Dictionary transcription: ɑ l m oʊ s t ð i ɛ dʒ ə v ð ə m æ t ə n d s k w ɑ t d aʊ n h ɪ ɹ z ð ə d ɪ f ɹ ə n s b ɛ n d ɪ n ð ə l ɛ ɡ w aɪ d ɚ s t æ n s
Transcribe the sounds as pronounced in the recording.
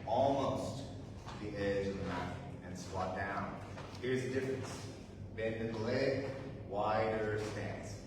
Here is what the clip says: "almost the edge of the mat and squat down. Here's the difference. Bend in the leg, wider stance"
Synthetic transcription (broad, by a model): ɑ l m oʊ s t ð i ɛ dʒ ə v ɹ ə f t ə n s w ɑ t d aʊ n h ɪ ɹ z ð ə d ɪ f ɹ ə n s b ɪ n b ɪ n l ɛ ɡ w aɪ d ɚ s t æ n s